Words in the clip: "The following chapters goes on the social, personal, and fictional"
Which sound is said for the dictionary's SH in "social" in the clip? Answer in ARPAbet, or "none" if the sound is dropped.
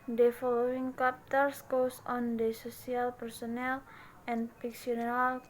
S